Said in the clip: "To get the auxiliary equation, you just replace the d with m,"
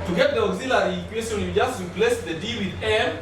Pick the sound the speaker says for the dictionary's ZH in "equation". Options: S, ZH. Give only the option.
S